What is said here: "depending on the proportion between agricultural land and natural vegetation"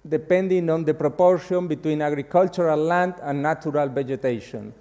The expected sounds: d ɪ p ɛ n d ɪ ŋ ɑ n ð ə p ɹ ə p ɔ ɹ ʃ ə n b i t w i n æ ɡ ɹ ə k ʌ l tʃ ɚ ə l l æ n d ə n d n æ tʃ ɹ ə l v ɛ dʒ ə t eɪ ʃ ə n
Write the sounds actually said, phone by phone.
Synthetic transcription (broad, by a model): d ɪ p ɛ n d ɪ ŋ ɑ n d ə p ɹ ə p ɔ ɹ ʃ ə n b i t w i n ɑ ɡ ɹ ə k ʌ l tʃ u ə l l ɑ n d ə n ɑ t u ɹ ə l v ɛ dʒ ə t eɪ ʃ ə n